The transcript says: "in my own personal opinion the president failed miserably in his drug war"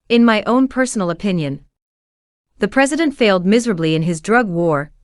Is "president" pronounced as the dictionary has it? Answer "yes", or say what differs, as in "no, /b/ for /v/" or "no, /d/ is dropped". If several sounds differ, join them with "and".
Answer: yes